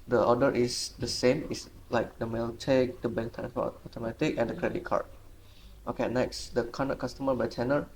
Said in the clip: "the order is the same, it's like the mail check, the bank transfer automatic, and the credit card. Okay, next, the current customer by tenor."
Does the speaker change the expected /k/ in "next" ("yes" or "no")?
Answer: no